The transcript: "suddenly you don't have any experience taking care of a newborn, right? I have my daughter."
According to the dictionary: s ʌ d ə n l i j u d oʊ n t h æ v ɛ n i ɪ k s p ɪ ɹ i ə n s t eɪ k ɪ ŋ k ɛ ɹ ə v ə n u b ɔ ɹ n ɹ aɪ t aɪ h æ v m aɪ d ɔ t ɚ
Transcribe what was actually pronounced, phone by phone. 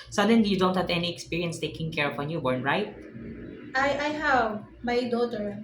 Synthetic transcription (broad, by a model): s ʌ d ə n l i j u d oʊ n t h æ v ɛ n i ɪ k s p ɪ ɹ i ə n s t eɪ k ɪ ŋ k ɛ ɹ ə p ə n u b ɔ ɹ n ɹ aɪ t aɪ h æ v m aɪ d ɔ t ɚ